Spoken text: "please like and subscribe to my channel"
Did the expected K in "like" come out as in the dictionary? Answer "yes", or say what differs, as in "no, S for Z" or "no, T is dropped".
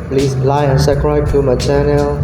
no, K is dropped